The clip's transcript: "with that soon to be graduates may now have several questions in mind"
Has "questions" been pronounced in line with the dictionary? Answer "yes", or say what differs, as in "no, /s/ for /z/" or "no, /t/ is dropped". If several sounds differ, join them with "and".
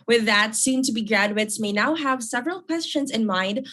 yes